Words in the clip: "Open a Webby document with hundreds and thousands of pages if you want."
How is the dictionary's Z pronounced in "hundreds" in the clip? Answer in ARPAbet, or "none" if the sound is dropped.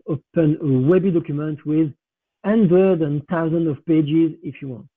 none